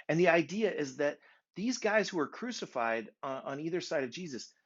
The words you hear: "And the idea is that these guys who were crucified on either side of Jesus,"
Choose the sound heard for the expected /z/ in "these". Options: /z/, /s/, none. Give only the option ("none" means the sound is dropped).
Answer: /z/